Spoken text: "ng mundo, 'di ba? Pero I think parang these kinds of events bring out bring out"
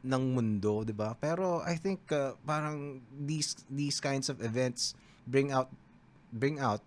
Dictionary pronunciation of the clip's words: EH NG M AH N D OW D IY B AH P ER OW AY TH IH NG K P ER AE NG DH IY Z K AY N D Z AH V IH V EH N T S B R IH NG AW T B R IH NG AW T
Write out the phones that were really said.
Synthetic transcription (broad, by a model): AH NG M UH N D OW D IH B AH P ER OW AY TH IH NG K P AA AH NG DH IY S K AY N D S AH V IH V EH N T S B R IH NG AW T B R IH NG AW T